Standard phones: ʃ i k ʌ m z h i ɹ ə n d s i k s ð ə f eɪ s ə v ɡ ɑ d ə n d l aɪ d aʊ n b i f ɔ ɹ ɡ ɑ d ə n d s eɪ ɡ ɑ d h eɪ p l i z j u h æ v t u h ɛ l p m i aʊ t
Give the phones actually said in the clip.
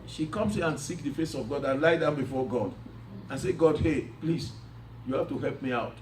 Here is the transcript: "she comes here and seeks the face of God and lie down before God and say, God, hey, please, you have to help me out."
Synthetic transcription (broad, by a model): ʃ i k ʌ m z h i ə n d s i k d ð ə f eɪ s ə v ɡ ɑ d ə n l aɪ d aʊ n b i f ɔ ɡ ɑ d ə n s eɪ ɡ ɑ d h eɪ p l i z j u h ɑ f t u h ɛ l p m i aʊ t